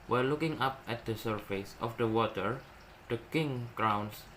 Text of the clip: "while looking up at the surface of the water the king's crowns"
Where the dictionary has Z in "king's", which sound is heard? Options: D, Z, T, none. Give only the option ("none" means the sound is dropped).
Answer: none